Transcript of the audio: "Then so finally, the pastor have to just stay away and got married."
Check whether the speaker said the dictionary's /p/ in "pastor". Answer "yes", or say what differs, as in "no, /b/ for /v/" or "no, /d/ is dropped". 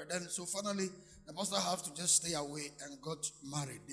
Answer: no, /b/ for /p/